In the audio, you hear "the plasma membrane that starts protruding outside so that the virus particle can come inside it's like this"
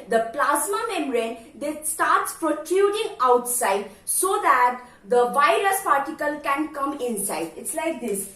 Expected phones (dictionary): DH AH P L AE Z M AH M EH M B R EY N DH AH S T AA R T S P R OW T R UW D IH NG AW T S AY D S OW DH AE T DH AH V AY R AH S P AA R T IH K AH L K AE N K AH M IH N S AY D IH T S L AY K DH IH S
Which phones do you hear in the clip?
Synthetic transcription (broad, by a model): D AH P L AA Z M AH M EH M R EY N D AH S T AA R T S P R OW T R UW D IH NG AW T S AY D S OW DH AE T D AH V AY R AH S P AA R T IH K AH L K AE N K AH M IH N S AY D IH T S L AY K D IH S